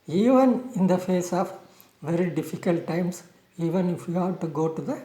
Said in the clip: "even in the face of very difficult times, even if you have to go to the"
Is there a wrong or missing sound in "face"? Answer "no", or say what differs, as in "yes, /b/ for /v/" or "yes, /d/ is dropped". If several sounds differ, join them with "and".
no